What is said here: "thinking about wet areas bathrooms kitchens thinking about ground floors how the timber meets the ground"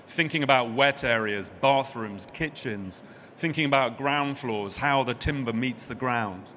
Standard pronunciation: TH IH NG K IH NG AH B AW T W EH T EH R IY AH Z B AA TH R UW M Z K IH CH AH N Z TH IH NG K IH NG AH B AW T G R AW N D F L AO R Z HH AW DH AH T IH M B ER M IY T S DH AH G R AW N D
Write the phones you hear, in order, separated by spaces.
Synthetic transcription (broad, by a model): TH IH NG K IH NG AH B AW T W EH T EH R IY AH Z B AA TH R UW M Z K IH CH AH N Z TH IH NG K IH NG AH B AW T G R AW N D F L AO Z HH AW DH AH T IH M B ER M IY T S DH AH G R AW N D